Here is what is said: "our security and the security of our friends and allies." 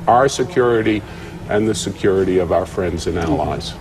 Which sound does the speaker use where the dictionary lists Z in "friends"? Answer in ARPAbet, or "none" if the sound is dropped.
Z